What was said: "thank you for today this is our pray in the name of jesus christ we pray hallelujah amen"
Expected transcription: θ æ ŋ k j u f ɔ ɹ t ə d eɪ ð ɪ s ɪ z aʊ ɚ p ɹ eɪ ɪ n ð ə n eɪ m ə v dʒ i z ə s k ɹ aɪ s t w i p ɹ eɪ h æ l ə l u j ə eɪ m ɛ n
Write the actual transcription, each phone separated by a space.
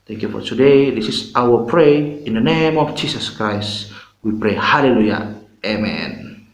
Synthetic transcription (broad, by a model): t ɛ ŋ k j u f ɔ ɹ t ə d eɪ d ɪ s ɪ s aʊ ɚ p ɹ eɪ ɪ n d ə n eɪ m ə f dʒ i s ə s k ɹ aɪ s t w i p ɹ eɪ h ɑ l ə l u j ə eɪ m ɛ n